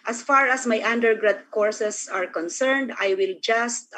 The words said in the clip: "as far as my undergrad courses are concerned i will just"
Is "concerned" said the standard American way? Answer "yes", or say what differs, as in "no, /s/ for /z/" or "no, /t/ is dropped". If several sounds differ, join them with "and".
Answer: yes